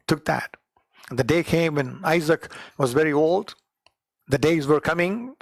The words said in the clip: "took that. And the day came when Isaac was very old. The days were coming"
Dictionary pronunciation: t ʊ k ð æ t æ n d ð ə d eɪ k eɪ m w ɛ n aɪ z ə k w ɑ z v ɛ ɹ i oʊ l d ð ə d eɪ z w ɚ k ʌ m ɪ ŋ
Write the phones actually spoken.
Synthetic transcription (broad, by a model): t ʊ k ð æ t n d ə d eɪ k eɪ m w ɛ n aɪ z ə k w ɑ z v ɛ ɹ i oʊ l d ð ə d eɪ z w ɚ k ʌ m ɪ ŋ